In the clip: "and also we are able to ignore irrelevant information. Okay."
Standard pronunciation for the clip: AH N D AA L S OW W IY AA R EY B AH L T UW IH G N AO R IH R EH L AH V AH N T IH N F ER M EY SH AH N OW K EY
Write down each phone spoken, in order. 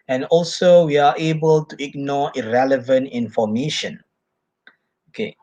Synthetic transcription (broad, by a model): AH N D AA L S OW W IY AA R EY B AH L T UW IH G N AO IH R EH L AH V AH N T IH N F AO M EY SH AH N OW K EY